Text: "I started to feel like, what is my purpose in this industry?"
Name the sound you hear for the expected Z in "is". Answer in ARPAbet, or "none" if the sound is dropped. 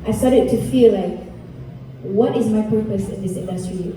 Z